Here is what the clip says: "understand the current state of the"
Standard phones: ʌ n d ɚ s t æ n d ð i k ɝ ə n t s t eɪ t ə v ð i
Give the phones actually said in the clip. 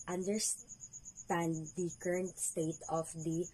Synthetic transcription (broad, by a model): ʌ n d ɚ s t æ n d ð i k ɝ ə n t s t eɪ t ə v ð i